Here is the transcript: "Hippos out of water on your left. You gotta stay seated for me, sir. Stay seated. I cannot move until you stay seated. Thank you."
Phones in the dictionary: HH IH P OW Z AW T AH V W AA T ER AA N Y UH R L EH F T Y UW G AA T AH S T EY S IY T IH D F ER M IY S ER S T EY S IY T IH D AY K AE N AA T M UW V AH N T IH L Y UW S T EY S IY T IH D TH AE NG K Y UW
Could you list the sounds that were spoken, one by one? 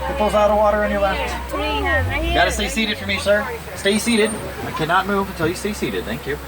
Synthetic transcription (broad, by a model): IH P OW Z AW T AH V W AA T ER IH N Y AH R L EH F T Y G AA T AH S T EY S IY T IH D F ER M IY S ER S T EY S IY T IH D AY K AE N AA T M UW V AH N T IH L Y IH S T EY S IY T IH D TH AE NG K Y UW